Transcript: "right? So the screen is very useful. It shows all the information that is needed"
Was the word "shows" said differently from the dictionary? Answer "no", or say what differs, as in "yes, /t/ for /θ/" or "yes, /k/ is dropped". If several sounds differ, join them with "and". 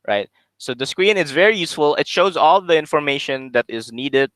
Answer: no